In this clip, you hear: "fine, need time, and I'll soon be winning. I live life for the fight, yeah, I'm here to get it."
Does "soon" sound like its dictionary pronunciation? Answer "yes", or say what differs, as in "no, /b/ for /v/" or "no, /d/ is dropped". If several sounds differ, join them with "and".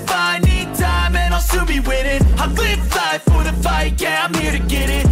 no, /l/ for /n/